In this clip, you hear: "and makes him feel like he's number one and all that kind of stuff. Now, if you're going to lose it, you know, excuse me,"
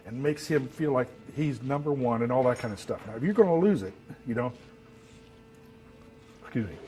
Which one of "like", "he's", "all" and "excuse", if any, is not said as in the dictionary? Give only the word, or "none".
none